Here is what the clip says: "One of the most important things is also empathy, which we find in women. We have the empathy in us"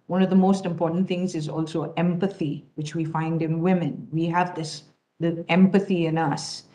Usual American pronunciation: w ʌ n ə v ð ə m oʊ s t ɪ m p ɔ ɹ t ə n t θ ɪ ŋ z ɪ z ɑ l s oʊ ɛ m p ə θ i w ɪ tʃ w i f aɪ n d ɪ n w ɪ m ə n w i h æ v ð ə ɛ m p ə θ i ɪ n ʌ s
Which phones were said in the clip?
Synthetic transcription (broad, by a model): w ʌ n ə v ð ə m oʊ s t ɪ m p ɔ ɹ t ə n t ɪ ŋ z ɪ z ɑ l s oʊ ɛ m p ə θ i w ɪ tʃ w i f aɪ n d ɪ n w ɪ m ə n w i h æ v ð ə ɛ m p ə θ i ɪ n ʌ s